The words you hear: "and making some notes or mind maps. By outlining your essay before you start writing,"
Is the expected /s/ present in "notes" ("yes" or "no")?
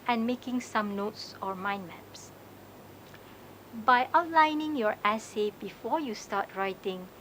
yes